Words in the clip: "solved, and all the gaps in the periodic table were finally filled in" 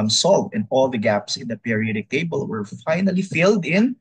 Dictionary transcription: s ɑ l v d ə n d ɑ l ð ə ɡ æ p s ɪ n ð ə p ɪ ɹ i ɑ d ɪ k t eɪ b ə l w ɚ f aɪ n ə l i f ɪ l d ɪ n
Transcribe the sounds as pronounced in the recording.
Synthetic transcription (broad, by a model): s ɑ l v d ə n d ɑ l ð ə ɡ æ p s ɪ n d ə p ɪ ɹ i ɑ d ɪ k t eɪ b ə l w ɚ f aɪ n ə l i f ɪ l d ɪ n